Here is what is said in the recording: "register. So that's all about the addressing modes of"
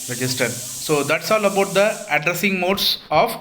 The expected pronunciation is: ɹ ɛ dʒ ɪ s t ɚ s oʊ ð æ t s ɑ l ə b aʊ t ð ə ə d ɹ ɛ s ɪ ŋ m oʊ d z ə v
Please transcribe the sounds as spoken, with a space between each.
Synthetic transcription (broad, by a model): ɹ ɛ dʒ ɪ s t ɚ s oʊ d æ t s ɑ l ə b aʊ t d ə ə d ɹ ɛ s ɪ ŋ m oʊ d s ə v